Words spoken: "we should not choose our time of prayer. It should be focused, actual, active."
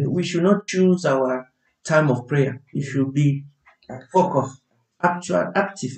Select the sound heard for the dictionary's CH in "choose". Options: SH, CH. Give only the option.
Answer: CH